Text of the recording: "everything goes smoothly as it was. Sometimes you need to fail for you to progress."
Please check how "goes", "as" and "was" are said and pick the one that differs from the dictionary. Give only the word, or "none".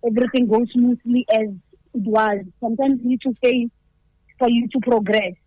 none